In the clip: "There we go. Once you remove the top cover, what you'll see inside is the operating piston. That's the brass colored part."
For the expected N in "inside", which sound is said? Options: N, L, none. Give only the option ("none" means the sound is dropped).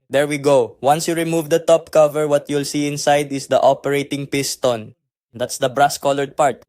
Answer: N